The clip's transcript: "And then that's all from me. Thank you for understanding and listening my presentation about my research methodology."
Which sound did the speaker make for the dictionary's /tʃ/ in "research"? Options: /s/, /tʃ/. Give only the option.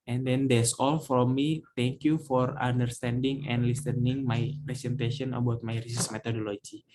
/s/